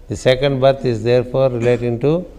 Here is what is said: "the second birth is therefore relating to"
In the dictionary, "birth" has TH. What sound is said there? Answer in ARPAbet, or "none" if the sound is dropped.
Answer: T